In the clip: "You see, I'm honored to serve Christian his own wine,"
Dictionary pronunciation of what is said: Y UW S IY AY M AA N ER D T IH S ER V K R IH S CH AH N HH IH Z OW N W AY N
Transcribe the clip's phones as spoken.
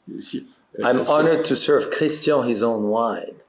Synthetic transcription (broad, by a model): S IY AY M AA N ER D T IH S ER V K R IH S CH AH HH IH Z OW N W AY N